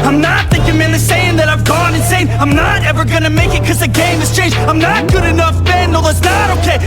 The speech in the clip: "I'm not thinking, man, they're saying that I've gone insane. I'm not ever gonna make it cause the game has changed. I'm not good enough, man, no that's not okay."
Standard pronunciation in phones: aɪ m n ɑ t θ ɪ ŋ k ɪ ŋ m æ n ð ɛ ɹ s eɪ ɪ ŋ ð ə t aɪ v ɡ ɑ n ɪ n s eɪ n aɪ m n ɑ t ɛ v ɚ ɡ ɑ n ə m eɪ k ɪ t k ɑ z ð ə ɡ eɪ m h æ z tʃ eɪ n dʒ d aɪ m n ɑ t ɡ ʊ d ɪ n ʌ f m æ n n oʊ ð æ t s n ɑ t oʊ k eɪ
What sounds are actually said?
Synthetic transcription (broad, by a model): aɪ m n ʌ t θ ɪ ŋ k ɪ ŋ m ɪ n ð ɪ s eɪ ɪ ŋ ð ə t aɪ v ɡ ɑ n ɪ n s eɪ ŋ aɪ m n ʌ t ɛ v ɚ ɡ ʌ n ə m eɪ k ɪ t k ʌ z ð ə ɡ eɪ m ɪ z tʃ eɪ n dʒ aɪ m n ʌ t ɡ ʊ d ɪ n ʌ f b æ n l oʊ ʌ t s n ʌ t oʊ k eɪ